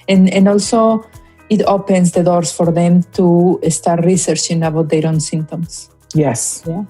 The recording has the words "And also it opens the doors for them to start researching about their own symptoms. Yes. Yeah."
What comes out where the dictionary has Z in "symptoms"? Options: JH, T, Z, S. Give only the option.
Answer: S